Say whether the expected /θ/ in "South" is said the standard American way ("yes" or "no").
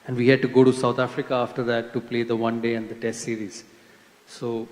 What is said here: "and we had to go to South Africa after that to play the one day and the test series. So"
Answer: no